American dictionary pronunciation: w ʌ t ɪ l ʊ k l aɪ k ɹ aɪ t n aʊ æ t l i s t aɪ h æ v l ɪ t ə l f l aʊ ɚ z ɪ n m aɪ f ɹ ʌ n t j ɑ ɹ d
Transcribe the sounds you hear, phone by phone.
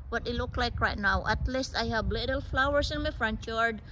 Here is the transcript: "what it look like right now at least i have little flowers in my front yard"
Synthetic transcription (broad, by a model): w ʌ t ɪ l ʊ k l aɪ k ɹ aɪ t n aʊ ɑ t l i s t aɪ h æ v l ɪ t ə l f l aʊ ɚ s ɪ n m aɪ f ɹ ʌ n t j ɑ ɹ d